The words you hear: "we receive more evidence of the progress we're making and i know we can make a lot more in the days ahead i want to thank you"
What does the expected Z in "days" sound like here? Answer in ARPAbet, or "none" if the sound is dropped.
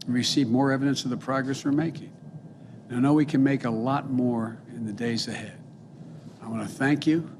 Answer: Z